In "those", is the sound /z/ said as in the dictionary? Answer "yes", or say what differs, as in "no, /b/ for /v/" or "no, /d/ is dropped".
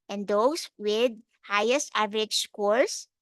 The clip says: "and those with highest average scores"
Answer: no, /s/ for /z/